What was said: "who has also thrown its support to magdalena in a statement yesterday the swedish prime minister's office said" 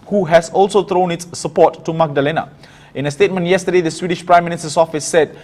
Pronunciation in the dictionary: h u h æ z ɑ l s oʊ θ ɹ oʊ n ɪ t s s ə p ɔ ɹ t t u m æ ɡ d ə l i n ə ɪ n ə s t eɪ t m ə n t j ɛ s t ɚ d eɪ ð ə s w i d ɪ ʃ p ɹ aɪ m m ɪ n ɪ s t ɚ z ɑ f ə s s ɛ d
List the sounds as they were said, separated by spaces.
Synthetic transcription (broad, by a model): h u h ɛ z ɑ l s oʊ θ ɹ oʊ n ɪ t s s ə p ɔ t t u m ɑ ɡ d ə l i n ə ɪ n ə s t eɪ t m ə n t j ɛ s t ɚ d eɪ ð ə s w i d ɪ ʃ p ɹ aɪ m m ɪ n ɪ s t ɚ s ɑ f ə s s ɛ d